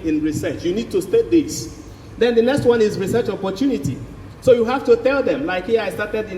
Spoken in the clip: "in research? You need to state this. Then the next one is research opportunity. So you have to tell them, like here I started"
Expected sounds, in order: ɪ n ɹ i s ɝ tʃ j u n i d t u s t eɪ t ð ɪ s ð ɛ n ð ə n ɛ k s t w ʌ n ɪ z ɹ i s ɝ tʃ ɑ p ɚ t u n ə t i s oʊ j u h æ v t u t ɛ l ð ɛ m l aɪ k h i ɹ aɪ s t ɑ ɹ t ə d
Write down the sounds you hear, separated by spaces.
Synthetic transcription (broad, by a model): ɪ n ɹ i s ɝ tʃ j u n i d t u s t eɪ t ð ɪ s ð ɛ n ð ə n ɛ k s t w ʌ n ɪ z ɹ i s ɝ tʃ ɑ p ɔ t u n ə t i s oʊ j u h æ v t u t ɛ l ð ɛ m l aɪ k h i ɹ aɪ s t ɑ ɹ t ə d